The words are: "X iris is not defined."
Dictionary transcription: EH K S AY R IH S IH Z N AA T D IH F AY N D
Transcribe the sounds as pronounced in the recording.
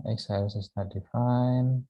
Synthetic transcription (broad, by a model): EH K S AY IH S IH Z N AA T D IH F AY N